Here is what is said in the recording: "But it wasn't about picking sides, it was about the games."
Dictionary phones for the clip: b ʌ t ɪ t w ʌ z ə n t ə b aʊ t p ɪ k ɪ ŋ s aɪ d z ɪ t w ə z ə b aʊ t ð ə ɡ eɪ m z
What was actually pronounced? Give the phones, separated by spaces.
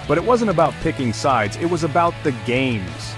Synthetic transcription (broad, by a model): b ʌ t ɪ t w ʌ z ə n t ə b aʊ t p ɪ k ɪ ŋ s aɪ d z ɪ t w ə z ə b aʊ t ð ə ɡ eɪ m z